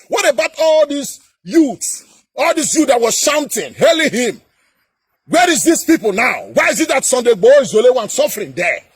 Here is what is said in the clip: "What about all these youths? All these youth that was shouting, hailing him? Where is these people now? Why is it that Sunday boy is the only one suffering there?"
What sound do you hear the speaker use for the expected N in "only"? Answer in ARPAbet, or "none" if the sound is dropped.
none